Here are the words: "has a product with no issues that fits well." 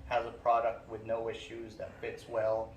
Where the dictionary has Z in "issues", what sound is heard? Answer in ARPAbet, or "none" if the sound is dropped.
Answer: Z